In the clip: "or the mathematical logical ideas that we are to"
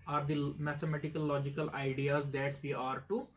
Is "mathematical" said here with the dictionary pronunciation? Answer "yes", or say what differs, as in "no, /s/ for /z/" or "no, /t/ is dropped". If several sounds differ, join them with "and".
no, /t/ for /θ/